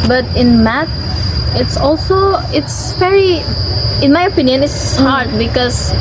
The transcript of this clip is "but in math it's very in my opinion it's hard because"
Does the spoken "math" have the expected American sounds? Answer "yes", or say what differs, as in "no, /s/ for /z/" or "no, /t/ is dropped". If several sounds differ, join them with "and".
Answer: no, /s/ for /θ/